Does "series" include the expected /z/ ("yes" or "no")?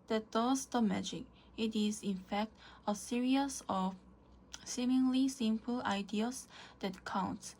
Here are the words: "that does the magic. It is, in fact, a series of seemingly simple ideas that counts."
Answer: no